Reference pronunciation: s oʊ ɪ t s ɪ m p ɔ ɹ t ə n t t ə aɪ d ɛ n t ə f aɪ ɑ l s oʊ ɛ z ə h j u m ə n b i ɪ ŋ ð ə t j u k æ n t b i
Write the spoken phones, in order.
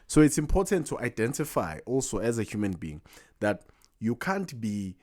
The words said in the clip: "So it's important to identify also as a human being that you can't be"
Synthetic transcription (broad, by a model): s oʊ ɪ t s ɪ m p ɔ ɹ t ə n t t aɪ d ɛ n t ə f aɪ ɑ l s oʊ ɛ z ə h j u m ə n b i ɪ ŋ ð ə t j u k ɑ n t b i